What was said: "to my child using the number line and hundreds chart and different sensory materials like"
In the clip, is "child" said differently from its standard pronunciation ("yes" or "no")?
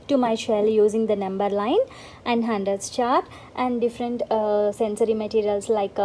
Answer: yes